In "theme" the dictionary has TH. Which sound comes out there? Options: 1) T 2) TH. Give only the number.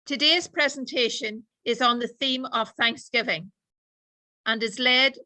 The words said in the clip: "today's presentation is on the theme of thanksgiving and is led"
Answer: 2